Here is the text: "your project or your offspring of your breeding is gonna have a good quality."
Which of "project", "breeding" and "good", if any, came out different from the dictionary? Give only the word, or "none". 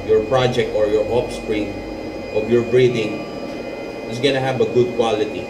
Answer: none